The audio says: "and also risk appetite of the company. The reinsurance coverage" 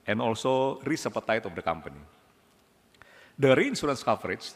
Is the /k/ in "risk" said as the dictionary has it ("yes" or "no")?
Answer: no